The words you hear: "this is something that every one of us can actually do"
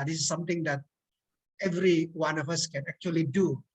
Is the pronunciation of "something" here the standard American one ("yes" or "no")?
no